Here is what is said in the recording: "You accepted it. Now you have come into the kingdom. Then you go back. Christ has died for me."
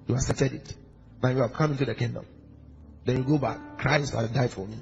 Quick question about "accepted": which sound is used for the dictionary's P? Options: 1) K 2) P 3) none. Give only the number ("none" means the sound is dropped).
3